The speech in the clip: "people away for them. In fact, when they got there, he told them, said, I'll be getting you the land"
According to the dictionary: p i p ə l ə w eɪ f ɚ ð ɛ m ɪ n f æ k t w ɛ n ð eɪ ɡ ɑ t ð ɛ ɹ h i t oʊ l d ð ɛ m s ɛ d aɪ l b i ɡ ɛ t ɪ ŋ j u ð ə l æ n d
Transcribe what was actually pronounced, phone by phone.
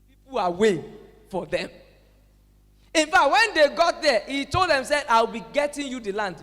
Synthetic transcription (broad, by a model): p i p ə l ə w eɪ f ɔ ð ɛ m ɪ n f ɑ k t w ɛ n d eɪ ɡ ɑ t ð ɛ h i t oʊ l d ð ɛ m s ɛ aɪ w b i ɡ ɛ t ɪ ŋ j u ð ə l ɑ n d